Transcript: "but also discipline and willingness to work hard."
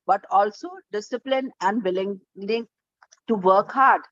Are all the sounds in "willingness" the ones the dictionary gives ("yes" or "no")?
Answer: no